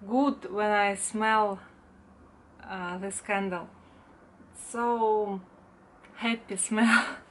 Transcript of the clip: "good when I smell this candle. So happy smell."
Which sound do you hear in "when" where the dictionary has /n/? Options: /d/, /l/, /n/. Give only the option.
/n/